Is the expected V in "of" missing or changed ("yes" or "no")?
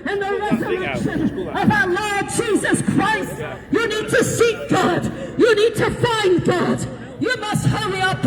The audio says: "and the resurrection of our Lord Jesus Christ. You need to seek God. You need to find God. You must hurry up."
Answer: no